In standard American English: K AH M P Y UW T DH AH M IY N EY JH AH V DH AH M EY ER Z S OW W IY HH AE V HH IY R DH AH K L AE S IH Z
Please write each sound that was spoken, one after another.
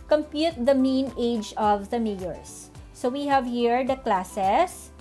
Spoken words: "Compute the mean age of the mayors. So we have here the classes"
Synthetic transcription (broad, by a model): K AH M P Y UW T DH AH M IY N EY JH AH V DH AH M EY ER S OW W IY HH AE V HH IY R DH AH K L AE S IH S